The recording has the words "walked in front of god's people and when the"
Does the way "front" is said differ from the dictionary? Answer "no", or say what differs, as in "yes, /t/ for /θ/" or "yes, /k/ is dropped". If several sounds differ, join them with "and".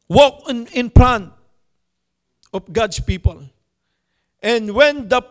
yes, /p/ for /f/